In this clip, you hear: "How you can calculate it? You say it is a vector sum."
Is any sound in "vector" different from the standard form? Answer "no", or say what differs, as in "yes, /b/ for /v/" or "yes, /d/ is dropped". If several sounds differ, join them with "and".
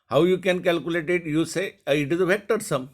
yes, /f/ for /v/